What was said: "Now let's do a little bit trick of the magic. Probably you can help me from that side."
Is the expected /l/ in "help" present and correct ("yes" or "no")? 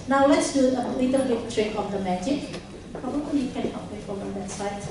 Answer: no